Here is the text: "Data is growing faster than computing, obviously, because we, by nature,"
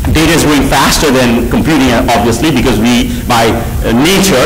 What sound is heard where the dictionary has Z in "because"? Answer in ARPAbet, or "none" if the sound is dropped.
Z